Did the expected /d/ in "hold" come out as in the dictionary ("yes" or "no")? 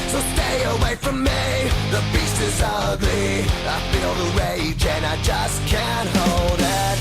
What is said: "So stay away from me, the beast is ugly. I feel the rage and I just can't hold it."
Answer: yes